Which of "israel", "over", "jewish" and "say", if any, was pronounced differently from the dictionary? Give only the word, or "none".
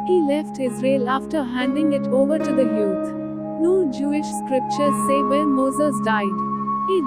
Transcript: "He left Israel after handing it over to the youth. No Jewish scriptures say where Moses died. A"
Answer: none